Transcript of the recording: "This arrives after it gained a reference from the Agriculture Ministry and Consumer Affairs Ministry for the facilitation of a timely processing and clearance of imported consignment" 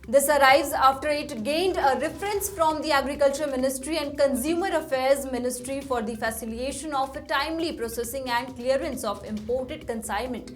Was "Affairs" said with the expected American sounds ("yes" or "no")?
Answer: yes